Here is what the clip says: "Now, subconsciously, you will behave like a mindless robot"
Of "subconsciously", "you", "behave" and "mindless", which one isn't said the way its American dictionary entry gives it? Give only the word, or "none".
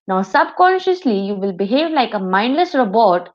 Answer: none